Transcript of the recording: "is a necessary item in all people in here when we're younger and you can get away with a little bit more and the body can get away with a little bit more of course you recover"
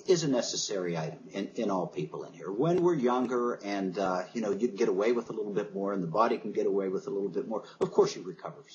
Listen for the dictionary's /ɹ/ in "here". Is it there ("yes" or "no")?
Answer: yes